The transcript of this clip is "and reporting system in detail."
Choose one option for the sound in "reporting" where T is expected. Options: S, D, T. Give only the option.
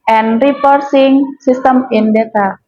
S